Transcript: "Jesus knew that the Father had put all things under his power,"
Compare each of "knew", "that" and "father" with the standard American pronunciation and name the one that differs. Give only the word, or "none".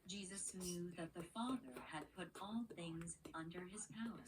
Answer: none